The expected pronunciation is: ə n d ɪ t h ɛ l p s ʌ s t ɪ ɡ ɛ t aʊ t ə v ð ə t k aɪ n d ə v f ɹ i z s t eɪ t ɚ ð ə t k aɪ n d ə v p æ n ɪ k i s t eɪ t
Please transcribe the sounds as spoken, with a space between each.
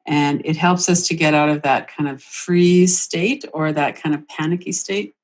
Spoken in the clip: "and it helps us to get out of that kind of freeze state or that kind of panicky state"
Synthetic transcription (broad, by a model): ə n ɪ t h ɛ l p s ʌ s t ɪ ɡ ɛ t aʊ t ə v ð ə t k aɪ n d ə v f ɹ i s t eɪ t ɚ ð ə t k aɪ n d ə v p æ n ɪ k i s t eɪ t